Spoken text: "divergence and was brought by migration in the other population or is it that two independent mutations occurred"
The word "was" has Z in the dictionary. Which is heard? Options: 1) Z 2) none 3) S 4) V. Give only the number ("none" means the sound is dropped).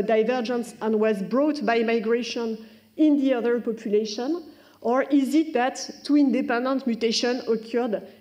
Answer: 1